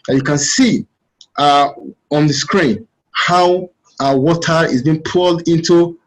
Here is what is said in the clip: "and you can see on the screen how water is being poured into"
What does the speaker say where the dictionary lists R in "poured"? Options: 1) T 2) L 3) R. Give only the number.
2